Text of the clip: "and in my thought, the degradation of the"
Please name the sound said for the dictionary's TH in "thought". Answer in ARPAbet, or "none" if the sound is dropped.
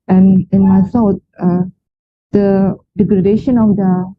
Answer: S